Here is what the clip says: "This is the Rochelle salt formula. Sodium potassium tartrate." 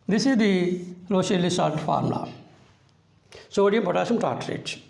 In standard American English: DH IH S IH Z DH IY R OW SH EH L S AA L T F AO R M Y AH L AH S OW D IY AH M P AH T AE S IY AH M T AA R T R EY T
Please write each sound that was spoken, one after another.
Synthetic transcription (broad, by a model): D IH S IH Z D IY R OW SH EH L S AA T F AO R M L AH S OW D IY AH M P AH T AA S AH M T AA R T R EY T